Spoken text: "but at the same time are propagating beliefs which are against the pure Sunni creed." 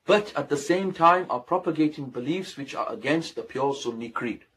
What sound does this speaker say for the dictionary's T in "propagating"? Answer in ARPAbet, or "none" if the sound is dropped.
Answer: T